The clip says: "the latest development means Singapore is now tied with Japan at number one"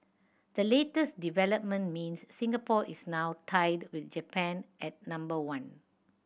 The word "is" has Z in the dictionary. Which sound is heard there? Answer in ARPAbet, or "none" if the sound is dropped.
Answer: S